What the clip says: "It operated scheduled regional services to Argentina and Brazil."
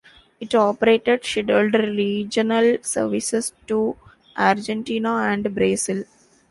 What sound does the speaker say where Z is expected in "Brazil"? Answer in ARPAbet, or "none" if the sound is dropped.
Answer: S